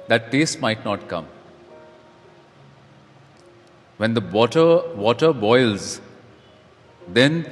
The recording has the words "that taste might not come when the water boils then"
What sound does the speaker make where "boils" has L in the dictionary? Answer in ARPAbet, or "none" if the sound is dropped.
L